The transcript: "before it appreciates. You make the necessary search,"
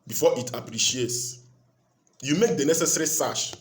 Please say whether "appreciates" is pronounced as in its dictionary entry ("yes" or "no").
yes